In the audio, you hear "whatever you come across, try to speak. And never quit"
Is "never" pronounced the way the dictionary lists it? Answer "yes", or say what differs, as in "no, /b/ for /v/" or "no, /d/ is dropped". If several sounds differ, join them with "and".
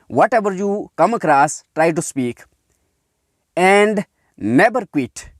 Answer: no, /b/ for /v/